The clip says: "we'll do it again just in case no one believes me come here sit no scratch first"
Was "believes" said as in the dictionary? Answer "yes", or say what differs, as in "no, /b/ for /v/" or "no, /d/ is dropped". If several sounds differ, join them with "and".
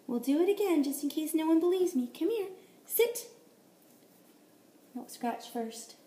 yes